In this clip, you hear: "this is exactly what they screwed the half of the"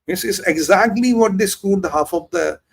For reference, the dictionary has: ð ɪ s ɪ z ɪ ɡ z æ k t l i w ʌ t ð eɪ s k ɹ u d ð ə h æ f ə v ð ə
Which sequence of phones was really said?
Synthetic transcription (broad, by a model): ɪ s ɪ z ɪ ɡ z æ k t l i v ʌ t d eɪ s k u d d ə h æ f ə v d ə